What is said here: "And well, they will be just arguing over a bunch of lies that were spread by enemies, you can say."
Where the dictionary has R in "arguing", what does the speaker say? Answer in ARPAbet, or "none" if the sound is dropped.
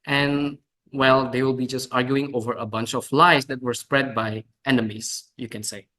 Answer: R